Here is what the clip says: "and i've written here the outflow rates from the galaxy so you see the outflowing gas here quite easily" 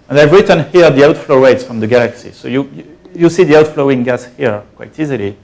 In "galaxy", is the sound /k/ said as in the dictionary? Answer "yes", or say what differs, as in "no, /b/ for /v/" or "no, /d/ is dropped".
yes